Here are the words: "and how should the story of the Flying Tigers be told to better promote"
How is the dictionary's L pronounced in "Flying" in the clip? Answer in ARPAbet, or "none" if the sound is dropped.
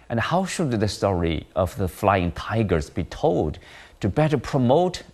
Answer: L